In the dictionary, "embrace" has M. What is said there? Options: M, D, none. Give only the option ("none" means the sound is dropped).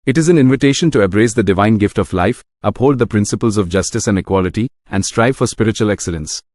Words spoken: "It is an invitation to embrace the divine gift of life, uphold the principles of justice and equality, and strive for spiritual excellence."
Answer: none